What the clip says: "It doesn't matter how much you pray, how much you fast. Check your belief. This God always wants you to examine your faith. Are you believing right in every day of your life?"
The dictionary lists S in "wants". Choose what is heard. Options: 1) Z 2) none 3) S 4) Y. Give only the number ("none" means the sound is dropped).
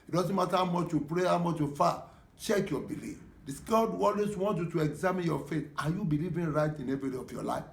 2